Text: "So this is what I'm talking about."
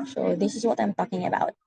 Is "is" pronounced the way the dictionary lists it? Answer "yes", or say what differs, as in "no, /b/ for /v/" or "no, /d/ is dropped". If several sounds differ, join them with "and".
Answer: yes